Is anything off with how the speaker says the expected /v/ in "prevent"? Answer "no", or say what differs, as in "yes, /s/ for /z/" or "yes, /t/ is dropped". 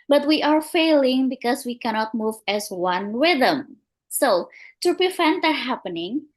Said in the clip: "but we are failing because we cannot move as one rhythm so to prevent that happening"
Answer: yes, /f/ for /v/